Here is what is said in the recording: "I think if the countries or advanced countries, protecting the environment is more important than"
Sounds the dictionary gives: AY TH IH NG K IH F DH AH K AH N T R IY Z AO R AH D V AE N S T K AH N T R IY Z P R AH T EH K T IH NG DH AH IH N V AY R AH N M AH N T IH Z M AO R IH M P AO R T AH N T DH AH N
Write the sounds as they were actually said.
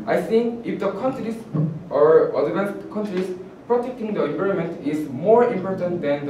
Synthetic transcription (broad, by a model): AY S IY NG IH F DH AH K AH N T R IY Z AO R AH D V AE N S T K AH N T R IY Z P R AH T EH K T IH NG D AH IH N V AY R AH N M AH N T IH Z M AO R IH M P AO R T AH N T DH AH N